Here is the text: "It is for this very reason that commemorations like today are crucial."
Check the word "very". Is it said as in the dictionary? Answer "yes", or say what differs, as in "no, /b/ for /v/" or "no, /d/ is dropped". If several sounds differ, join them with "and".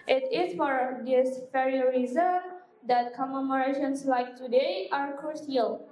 no, /f/ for /v/